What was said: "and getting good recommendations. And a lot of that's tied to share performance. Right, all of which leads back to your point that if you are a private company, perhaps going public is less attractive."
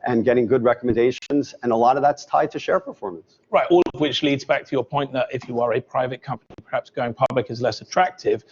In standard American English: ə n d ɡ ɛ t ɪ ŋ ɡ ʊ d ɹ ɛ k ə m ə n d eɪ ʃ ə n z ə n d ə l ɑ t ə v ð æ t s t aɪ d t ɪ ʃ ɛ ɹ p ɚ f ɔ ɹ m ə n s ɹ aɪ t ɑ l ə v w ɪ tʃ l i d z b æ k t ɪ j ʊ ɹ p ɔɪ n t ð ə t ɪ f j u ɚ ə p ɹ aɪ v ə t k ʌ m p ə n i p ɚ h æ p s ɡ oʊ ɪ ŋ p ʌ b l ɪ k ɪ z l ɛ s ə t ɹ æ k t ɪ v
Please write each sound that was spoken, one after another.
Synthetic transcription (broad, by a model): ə n ɡ ɛ t ɪ ŋ ɡ ʊ d ɹ ɛ k ə m ə n d eɪ ʃ ə n z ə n ə l ɑ t ə v ð æ t s t aɪ d t ɪ ʃ ɛ ɹ p ɚ f ɔ ɹ m ə n s ɹ aɪ t ɑ l ə v w ɪ tʃ l i d z b æ k t ɪ j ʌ ɹ p ɔɪ n ð ə t ɪ f j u ɚ ə p ɹ aɪ v ə t k ʌ m p ə n i p ɚ h æ p s ɡ oʊ ɪ ŋ p ʌ b l ɪ k ɪ z l ɛ s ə t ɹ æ k t ɪ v